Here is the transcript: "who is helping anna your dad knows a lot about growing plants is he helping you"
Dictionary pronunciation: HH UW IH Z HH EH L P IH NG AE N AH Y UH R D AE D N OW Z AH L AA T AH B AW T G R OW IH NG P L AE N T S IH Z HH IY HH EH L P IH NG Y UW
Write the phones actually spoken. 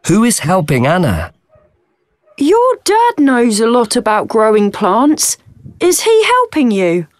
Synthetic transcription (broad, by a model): HH UW IH Z HH EH L P IH NG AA N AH Y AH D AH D N OW Z AH L AA T AH B AW T G R OW IH NG P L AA N T S IH Z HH IY HH EH L P IH NG Y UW